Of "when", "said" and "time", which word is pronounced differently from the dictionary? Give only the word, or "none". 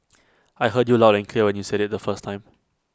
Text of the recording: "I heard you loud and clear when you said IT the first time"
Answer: none